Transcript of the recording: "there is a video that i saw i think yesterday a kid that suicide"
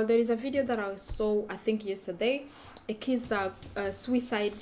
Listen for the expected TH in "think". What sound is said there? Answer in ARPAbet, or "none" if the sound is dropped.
TH